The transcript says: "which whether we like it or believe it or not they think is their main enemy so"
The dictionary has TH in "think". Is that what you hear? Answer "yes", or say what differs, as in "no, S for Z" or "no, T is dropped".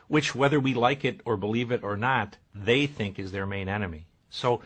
yes